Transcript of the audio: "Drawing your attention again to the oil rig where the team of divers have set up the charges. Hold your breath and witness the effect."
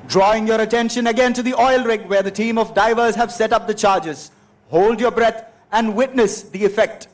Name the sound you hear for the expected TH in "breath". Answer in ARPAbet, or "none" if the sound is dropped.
T